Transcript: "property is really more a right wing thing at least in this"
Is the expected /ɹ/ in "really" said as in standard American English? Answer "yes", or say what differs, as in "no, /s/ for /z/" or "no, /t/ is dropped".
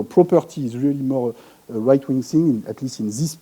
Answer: yes